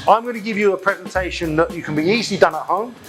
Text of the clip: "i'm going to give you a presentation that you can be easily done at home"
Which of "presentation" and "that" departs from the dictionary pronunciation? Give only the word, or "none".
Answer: none